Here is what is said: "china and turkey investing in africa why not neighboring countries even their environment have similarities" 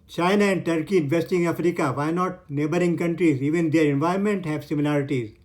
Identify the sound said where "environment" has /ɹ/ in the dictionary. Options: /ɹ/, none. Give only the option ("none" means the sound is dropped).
none